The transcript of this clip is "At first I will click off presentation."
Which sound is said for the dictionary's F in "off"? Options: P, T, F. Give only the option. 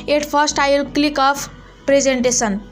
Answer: P